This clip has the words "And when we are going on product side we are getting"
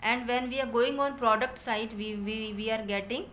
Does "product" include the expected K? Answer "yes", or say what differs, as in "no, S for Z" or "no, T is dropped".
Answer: yes